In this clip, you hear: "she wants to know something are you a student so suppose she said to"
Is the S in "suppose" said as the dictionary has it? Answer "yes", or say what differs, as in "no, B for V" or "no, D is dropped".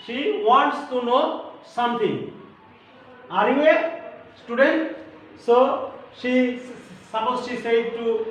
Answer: no, SH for S